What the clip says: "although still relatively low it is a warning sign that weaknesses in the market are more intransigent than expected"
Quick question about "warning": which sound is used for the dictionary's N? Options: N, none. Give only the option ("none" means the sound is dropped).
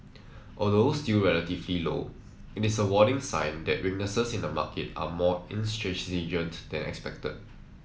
none